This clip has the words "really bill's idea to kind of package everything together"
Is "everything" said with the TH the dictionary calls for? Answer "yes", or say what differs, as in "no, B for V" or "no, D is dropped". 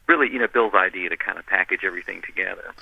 yes